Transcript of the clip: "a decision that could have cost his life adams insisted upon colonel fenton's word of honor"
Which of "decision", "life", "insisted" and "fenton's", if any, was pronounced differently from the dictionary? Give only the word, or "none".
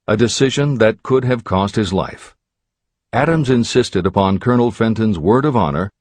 none